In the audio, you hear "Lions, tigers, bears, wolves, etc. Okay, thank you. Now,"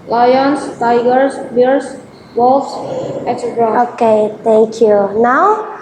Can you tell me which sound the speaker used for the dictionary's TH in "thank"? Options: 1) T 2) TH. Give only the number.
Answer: 1